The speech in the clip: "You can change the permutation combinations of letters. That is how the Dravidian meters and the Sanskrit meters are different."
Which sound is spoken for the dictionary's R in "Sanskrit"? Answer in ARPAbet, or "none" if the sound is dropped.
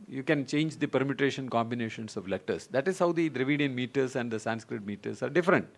R